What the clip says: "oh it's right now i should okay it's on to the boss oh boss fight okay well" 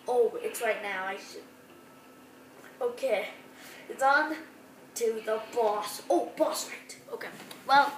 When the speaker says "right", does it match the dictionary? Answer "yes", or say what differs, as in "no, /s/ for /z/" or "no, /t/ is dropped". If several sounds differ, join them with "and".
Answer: yes